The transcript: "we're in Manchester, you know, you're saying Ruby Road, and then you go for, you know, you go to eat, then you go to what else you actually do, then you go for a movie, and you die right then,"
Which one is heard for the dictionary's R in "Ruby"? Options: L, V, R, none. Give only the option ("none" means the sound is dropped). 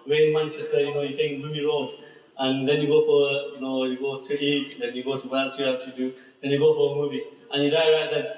L